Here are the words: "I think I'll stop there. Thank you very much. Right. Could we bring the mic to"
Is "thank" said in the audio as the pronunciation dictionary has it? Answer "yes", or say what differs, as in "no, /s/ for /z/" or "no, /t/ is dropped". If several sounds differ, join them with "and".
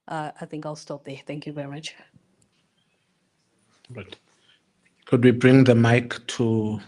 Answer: yes